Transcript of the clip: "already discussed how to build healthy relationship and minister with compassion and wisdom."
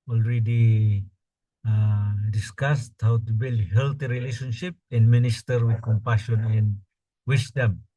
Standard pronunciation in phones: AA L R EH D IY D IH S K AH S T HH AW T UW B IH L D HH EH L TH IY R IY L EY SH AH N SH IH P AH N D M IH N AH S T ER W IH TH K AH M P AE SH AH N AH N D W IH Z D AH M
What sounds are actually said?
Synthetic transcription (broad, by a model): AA L R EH D IY D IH S K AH S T HH AW T UW B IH L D HH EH L T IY R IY L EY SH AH N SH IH P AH N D M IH N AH S T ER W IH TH K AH M P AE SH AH N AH N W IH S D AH M